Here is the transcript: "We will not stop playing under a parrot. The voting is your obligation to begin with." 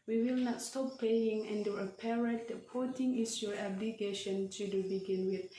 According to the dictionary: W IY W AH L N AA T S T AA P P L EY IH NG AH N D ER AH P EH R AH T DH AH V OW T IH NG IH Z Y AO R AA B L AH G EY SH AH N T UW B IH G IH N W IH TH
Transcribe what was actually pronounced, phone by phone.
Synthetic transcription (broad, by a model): W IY W AH L N AA T S T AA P P EY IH NG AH N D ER AH P EH R AH T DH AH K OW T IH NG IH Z Y AO R AA B L AH G EY SH AH N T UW B IH G IH N W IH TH